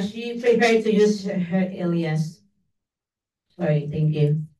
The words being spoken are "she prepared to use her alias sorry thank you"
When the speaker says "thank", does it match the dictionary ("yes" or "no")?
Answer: yes